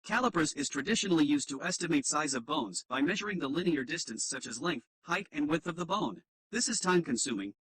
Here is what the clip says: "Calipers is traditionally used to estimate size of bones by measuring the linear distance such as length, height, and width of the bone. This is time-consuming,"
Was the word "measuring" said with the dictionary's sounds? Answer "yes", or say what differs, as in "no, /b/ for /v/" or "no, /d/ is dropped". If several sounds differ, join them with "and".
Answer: yes